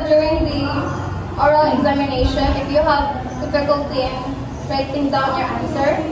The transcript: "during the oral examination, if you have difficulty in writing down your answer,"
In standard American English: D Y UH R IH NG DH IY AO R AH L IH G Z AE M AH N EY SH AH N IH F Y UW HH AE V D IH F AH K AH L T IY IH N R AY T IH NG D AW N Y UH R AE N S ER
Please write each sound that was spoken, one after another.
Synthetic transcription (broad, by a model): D Y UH R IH NG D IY AO R AH L IH G Z AE M AH N EY SH AH N IH F Y UW HH AE V D IH F AH K AH L T IY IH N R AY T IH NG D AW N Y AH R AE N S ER